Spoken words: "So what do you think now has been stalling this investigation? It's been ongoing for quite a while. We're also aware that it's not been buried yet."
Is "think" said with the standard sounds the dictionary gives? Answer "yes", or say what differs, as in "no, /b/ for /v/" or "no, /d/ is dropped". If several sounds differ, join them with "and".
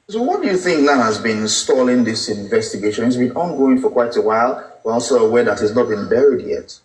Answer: yes